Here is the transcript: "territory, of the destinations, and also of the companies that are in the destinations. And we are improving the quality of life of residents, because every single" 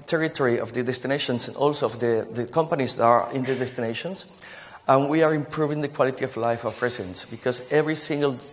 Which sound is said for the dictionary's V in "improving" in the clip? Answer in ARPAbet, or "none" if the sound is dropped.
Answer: V